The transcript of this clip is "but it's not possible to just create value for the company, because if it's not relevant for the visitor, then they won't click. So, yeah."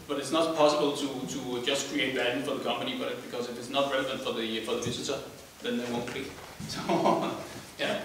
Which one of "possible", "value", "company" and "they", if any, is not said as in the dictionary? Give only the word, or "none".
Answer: value